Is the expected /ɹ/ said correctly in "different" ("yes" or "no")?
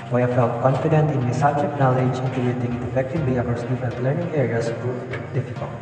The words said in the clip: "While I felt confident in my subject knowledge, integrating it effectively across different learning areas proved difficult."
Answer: no